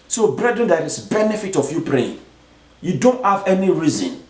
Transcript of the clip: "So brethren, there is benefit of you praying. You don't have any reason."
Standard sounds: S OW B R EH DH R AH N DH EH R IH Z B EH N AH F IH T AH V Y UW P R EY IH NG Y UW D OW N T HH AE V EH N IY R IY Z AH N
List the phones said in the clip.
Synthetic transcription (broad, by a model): S OW B R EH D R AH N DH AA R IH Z B EH N AH F IH T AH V Y UW P R EY IH NG Y UW D OW N T HH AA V EH N IY R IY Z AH N